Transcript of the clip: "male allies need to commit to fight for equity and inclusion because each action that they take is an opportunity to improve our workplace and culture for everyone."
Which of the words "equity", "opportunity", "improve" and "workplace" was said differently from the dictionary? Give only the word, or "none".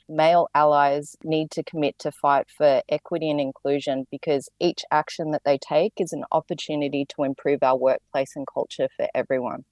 none